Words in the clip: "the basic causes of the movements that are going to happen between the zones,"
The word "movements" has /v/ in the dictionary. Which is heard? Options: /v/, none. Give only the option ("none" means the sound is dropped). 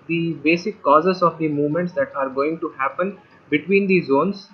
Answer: /v/